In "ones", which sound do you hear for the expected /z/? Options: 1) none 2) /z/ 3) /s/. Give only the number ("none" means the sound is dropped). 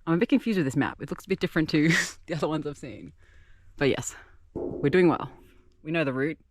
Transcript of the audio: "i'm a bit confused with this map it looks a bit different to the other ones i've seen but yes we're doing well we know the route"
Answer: 2